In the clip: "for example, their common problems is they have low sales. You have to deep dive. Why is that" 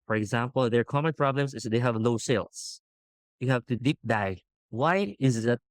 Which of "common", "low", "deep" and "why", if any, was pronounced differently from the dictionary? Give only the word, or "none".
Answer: low